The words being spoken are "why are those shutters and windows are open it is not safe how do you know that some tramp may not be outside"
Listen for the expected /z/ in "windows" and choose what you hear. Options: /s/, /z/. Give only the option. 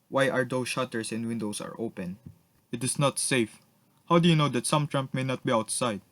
/s/